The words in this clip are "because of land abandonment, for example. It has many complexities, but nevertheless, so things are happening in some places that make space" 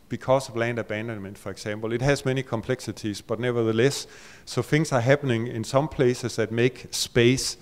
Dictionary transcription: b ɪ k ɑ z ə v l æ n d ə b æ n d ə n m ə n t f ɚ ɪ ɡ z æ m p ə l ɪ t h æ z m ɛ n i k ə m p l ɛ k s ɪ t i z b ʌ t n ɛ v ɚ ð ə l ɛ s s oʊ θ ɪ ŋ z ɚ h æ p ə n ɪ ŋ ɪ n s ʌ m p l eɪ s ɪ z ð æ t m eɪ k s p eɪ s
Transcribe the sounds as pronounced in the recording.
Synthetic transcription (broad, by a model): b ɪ k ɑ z ə v l æ n d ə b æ n d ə n m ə n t f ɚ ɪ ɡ s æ m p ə l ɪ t h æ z m ɛ n i k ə m p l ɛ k s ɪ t i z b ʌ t n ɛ v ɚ ð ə l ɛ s s oʊ θ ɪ ŋ s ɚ h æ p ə n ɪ ŋ ɪ n s ʌ m p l eɪ s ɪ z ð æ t m eɪ k s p eɪ s